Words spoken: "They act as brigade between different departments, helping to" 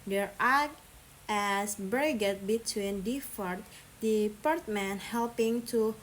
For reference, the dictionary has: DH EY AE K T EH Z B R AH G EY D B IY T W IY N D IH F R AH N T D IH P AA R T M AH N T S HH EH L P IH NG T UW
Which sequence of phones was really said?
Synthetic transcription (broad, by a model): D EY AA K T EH S B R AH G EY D B IY T W IY N D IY F AH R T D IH P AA R T M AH N HH EH L P IH NG T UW